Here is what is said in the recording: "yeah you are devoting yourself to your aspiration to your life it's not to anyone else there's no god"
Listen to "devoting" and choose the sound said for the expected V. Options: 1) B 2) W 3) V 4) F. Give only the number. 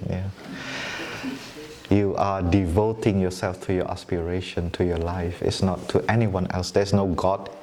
3